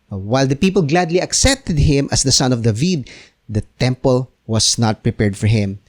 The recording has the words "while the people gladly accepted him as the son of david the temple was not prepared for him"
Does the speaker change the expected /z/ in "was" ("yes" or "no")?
yes